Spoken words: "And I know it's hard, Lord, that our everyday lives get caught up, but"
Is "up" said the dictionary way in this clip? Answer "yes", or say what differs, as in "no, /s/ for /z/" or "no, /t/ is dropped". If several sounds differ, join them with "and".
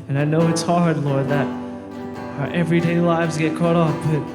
no, /f/ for /p/